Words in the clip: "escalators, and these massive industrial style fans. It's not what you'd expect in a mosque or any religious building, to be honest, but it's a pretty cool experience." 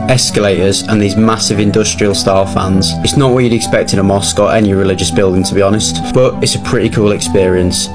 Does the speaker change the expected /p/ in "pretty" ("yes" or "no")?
no